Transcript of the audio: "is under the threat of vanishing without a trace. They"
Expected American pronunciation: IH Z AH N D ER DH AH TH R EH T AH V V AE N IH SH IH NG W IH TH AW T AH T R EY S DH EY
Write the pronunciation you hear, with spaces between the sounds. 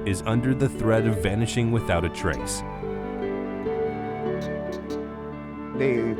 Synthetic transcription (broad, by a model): IH Z AH N D ER DH AH TH R EH T AH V V AE N IH SH IH NG W IH TH AW T AH T R EY S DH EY